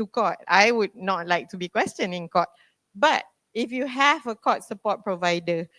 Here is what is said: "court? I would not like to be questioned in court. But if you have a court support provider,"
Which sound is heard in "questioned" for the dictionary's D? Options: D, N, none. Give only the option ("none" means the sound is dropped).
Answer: none